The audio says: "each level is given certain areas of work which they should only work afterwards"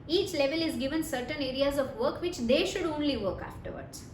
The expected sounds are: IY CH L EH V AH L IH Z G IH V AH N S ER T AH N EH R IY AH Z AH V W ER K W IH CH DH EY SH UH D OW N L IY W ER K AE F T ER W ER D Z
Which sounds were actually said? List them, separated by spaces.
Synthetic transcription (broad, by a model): IY CH L EH V AH L IH Z G IH V AH N S ER T AH N EH R IY AH Z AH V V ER K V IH CH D EY SH UH D OW N L IY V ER K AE F T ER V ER D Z